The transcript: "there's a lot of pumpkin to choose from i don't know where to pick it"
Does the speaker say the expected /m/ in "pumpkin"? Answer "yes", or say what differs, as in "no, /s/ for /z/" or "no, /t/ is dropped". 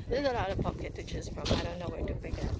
no, /m/ is dropped